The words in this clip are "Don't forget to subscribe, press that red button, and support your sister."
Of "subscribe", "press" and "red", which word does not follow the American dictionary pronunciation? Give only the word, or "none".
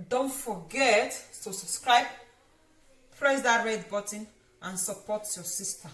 none